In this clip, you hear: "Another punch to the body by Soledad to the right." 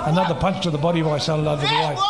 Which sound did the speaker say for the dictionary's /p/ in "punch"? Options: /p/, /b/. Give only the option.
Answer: /p/